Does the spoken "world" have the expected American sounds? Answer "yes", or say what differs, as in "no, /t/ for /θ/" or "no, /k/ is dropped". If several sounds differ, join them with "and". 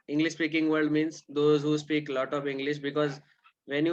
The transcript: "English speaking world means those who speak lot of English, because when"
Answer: no, /l/ is dropped